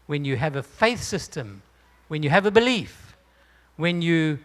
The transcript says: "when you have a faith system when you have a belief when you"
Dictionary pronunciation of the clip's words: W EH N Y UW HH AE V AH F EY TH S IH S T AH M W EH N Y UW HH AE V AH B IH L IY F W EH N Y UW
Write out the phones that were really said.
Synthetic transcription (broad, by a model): W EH N Y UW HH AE V AH F EY TH S IH S T AH M W EH N Y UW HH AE V AH B IH L IY F W EH N Y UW